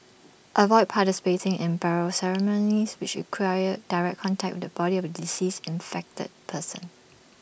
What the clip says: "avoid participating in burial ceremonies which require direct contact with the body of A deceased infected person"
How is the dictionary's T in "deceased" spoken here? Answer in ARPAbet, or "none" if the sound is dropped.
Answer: none